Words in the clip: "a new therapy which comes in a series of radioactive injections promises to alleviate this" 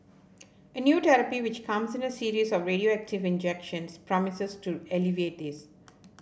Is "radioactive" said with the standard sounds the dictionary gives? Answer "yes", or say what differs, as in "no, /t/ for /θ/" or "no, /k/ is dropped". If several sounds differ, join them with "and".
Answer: yes